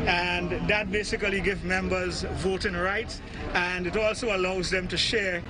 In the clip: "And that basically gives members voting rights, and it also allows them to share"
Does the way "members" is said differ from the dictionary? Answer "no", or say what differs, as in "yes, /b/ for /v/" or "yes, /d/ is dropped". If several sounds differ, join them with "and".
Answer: no